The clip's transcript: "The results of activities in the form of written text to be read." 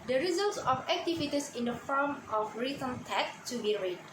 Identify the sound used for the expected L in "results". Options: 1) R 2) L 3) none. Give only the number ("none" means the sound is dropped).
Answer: 2